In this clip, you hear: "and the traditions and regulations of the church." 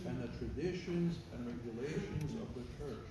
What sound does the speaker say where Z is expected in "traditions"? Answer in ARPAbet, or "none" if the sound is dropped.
Z